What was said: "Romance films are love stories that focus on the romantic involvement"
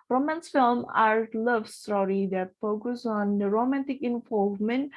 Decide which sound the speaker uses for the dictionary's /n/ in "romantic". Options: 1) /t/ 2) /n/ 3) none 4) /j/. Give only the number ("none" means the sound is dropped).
2